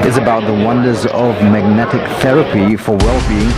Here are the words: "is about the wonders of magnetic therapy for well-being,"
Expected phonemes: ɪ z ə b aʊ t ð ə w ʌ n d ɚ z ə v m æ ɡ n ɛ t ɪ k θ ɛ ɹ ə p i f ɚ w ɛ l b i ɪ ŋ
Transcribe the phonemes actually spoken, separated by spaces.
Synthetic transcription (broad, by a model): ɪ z ə b aʊ t ð ə w ʌ n d ɚ z ə v m æ ɡ n ɛ t ɪ k θ ɛ ɹ ə p i f ɚ w ɛ l b i ɪ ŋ